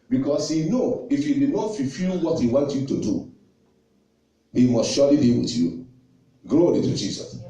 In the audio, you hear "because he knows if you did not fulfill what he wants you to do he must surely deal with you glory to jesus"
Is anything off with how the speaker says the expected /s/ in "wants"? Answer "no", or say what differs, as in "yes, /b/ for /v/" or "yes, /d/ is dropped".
yes, /s/ is dropped